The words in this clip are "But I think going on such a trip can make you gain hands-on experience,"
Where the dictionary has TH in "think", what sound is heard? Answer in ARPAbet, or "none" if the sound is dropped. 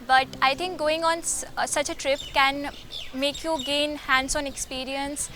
T